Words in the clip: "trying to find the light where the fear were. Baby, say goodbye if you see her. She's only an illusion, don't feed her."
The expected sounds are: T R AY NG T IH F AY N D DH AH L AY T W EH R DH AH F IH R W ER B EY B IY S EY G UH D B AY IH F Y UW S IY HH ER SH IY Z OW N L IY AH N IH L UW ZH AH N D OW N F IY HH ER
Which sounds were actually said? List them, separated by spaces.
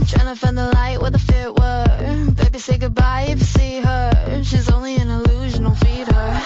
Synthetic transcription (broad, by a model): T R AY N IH F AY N DH AH L AY T W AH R DH AH F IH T W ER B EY B IY S EY G UH D B AY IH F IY S IY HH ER SH IY Z OW N L IY AH N IH L UW ZH AH N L F IY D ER